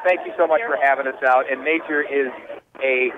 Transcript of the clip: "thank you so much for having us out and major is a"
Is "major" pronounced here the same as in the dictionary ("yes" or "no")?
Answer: no